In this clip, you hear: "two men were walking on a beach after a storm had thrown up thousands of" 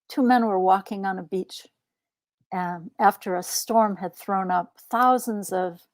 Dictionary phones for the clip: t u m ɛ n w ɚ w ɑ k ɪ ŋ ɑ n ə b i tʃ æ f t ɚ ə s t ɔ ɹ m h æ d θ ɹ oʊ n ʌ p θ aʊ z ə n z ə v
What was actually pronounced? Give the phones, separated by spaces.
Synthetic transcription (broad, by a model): t u m ɛ n w ɚ w ɑ k ɪ ŋ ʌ n ə b i tʃ æ f t ɚ ə s t ɔ ɹ m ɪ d θ ɹ oʊ n ʌ p θ aʊ z ə n z ə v